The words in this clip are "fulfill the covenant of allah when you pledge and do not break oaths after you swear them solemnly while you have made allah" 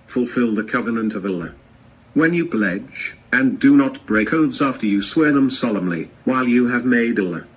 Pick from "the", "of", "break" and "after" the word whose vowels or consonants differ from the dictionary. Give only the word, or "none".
none